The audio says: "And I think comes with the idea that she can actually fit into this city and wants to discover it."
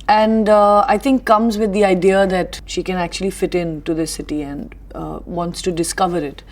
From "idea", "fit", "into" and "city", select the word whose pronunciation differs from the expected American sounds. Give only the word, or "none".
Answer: none